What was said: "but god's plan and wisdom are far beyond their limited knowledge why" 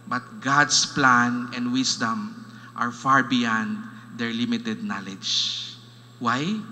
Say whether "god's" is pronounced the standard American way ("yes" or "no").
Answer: no